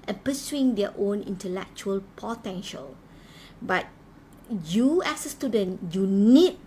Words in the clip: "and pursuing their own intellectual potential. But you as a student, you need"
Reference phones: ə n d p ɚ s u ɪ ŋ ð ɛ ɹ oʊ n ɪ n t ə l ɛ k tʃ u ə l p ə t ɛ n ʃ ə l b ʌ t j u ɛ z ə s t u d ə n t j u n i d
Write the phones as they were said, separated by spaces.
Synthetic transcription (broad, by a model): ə n p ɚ s u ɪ ŋ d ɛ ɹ oʊ n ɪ n t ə l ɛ k tʃ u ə l p ə t ɛ n ʃ ə l b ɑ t j u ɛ s ə s t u d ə n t j u n i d